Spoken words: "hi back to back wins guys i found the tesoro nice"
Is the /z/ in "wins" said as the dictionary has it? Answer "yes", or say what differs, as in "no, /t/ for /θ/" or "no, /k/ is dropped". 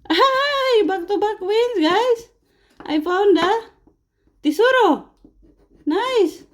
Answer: no, /s/ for /z/